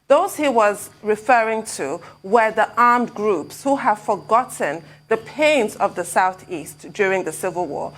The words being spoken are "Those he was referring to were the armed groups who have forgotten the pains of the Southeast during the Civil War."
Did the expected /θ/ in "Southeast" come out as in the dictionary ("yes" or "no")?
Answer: yes